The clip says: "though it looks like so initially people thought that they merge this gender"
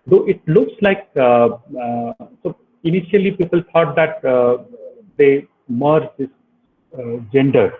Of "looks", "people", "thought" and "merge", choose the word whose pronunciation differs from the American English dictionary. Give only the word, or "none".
thought